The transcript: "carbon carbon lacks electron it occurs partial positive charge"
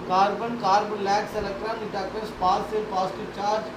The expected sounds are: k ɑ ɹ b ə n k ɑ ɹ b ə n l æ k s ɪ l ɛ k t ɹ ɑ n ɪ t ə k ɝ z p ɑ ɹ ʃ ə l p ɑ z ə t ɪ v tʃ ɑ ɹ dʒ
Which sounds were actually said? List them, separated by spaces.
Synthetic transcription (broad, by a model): k ɑ ɹ b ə n k ɑ ɹ b ə n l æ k s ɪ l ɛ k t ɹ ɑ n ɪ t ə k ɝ s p ɑ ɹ s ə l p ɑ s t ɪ tʃ ɑ ɹ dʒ